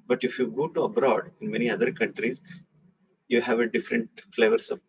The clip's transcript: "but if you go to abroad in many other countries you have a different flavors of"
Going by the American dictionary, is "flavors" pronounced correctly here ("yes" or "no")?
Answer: no